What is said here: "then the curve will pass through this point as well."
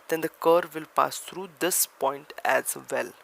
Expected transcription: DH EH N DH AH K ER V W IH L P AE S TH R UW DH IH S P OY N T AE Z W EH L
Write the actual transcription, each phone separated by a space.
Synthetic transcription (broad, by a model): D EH N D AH K ER V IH L P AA S T R UW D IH S P OY N T AE Z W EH L